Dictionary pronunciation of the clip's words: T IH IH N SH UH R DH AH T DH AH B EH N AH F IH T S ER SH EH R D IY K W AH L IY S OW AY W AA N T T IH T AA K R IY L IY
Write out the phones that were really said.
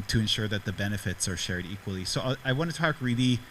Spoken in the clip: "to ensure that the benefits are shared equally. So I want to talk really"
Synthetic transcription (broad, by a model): T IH IH N SH UH R DH AH T DH AH B EH N AH F IH T S ER SH EH R D IY K W AH L IY S OW AY W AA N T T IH T AA K R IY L IY